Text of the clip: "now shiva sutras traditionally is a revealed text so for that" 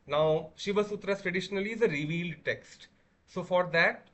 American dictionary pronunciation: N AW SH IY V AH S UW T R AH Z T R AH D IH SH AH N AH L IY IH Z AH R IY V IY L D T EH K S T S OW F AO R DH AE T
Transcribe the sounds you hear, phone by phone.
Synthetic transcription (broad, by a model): N AW SH IY V AH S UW T R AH S T R AH D IH SH AH N AH L IY IH Z AH R IY V IY L D T EH K S T S OW F AO R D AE T